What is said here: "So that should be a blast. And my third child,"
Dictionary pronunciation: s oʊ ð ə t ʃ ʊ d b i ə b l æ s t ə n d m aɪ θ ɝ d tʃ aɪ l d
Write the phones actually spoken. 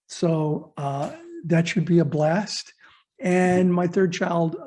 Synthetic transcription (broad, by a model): s oʊ ð ə t ʃ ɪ d b i ə b l æ s t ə n m aɪ θ ɝ d tʃ aɪ l d